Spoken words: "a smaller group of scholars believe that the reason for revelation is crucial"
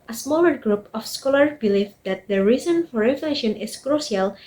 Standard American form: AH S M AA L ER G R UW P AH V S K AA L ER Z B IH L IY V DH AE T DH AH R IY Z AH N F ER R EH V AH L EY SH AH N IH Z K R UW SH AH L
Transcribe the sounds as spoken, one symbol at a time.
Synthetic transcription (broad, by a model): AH S M AA L ER G R UW P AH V S K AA L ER B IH L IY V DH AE T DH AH R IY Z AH N F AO R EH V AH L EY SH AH N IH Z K R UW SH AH L